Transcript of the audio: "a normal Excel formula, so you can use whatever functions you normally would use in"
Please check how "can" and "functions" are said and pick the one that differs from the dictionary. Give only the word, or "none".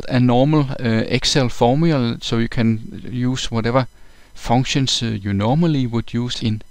functions